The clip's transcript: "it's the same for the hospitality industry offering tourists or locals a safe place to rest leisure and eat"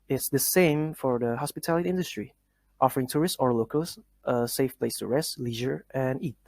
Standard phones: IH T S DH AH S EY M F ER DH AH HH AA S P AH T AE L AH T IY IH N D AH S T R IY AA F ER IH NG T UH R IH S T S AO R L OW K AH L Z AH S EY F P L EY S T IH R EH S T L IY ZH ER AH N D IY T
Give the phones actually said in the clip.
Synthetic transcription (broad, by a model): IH T S DH AH S EY M F ER DH AH HH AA S P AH T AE L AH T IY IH N D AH S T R IY AA F ER IH NG T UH R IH S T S AO R L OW K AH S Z AH S EY F P L EY S T IH R EH S T L IY ZH ER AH N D IY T